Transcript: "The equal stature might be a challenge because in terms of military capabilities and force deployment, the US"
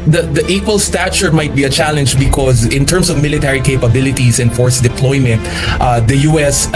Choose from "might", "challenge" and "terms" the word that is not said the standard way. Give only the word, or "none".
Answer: terms